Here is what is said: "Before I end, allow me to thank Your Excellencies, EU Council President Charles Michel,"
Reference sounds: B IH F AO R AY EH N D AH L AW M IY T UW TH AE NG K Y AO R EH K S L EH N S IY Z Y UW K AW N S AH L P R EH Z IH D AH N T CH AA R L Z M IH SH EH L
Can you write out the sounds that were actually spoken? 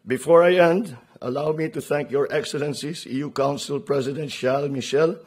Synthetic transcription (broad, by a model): B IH F AO R AY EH N D AH L AW M IY T UW TH AE NG K Y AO R EH K S L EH N S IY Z Y UW K AW N S AH L P R EH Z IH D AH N T SH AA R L M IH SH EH L